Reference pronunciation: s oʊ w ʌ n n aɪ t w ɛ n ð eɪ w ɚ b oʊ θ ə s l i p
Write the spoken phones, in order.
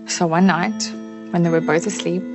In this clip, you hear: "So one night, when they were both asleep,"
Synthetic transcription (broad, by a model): s oʊ w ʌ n n aɪ t w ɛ n ð eɪ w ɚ b oʊ θ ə s l i p